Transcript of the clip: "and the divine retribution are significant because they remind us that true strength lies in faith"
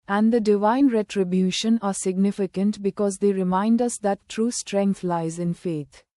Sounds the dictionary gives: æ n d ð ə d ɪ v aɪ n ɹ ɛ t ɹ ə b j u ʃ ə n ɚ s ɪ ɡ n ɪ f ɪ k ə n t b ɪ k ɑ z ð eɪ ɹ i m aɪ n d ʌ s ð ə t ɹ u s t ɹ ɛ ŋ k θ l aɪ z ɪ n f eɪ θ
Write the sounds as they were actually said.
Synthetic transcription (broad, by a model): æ n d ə d ɪ v aɪ n ɹ ɛ t ɹ ə b j u ʃ ə n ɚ s ɪ ɡ n ɪ f ɪ k ə n t b ɪ k ɑ z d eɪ ɹ i m aɪ n d ʌ s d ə t ɹ u s t ɹ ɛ ŋ k t l aɪ z ɪ n f eɪ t